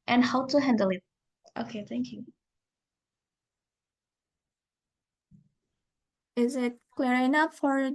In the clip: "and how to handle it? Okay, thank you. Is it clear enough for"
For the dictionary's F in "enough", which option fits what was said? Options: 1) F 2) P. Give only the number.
2